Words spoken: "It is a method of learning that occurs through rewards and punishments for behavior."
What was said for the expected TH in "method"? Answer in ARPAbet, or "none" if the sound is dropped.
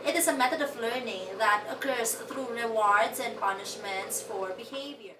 T